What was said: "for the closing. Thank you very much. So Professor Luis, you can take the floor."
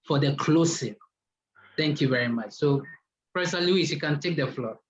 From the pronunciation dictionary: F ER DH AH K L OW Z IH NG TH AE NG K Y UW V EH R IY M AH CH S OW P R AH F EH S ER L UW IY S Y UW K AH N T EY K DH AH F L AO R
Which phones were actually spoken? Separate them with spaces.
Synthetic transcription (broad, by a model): F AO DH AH K L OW S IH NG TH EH NG K Y UW V EH R IY M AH CH S OW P R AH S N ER L UW IY S Y UW K AH N T EY K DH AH F L AO